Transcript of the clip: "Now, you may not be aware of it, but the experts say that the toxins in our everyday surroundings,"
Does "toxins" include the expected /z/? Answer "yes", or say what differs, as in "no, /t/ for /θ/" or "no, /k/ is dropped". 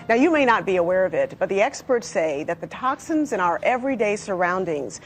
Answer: yes